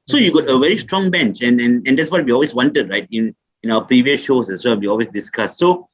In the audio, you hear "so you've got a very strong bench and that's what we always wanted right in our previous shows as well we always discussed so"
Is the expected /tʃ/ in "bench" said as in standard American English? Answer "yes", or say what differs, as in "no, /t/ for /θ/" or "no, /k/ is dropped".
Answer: yes